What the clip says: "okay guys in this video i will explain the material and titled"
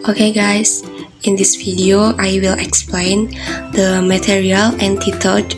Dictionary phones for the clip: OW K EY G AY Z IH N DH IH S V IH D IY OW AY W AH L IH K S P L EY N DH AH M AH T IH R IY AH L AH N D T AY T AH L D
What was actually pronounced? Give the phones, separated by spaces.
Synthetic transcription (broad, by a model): OW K EY G AY S IH N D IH S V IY D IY OW AY W AH L IH K S P L EY N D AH M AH T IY R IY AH L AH N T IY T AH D